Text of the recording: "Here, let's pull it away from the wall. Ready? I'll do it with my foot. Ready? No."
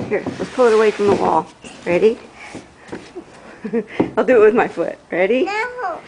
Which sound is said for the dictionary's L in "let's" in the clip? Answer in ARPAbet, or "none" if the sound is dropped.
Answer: W